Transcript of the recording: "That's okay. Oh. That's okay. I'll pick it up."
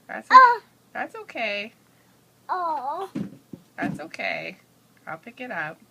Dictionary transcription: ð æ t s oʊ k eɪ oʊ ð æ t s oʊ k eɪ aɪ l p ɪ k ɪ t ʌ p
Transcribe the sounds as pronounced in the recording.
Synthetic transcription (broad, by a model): ð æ t s oʊ k eɪ oʊ ð æ t s oʊ k eɪ aɪ l p ɪ k ɪ t ʌ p